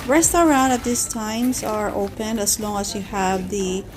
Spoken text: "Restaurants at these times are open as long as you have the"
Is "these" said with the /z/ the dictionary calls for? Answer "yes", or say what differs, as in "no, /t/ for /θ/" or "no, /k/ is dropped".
no, /s/ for /z/